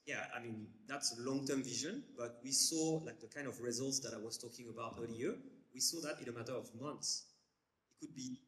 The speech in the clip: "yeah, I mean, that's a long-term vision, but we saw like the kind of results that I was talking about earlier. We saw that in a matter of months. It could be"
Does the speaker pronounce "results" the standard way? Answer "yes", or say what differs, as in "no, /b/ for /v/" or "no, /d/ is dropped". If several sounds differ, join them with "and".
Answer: yes